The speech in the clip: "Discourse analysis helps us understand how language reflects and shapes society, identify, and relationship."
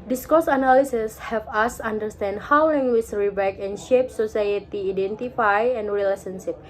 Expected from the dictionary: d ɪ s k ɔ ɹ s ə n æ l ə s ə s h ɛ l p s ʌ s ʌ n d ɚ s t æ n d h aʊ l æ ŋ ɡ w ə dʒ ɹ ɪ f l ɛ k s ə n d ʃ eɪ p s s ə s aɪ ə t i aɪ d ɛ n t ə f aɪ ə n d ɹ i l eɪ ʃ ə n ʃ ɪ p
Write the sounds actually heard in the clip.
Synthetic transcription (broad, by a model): d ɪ s k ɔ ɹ s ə n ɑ l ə s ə s h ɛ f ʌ s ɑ n d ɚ s t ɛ n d h aʊ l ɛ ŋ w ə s ɹ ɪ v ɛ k ə n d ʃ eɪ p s s ə s aɪ ə t i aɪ d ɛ n t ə f aɪ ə n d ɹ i l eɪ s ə n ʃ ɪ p